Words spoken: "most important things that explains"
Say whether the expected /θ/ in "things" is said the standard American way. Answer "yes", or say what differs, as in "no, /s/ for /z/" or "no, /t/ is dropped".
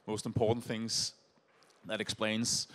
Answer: yes